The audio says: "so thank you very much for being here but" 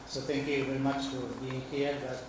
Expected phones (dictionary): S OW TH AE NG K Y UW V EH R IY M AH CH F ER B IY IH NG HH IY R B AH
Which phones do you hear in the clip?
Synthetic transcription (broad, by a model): S OW T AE NG K Y UW V EH R IY M AH CH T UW B IY IH NG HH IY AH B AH